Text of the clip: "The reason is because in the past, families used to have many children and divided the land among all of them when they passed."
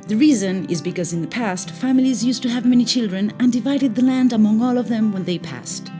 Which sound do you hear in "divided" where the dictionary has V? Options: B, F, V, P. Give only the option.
V